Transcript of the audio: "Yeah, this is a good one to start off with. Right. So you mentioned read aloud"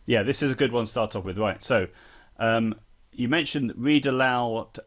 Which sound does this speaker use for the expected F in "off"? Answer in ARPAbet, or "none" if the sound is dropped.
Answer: P